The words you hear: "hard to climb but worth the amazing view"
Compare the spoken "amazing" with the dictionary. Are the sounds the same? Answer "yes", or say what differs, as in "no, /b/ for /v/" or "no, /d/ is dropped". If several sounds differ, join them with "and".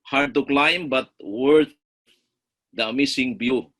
no, /s/ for /z/